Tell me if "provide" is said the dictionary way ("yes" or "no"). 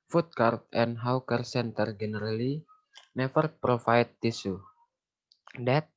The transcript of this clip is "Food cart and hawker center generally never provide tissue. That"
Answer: no